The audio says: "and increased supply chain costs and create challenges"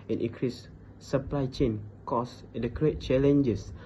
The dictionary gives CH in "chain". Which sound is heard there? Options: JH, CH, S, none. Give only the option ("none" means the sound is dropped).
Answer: CH